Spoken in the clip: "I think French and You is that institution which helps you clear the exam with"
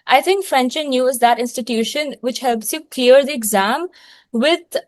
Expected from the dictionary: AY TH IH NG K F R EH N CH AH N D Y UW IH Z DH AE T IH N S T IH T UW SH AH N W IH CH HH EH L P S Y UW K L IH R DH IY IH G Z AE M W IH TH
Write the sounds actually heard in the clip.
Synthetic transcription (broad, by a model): AY T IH NG K F R EH N CH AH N Y UW IH Z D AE T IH N S T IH T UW SH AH N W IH CH HH EH L P S Y UW K L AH R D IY IH G Z AE M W IH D